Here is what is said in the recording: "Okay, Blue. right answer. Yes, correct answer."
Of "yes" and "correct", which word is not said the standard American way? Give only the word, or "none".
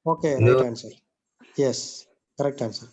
none